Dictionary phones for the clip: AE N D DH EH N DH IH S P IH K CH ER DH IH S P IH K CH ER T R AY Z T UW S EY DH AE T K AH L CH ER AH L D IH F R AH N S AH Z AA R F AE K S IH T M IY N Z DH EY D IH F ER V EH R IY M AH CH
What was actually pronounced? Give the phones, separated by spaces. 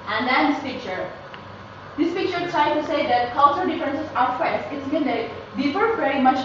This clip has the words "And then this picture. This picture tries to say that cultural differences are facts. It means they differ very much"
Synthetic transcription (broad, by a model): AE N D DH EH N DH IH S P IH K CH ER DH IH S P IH K CH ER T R AY T UW S EY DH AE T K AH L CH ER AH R D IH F R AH N S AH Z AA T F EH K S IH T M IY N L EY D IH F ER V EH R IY M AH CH